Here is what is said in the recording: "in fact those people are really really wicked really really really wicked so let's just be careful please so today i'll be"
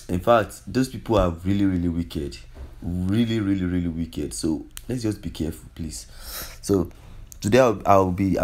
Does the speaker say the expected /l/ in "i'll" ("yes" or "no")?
no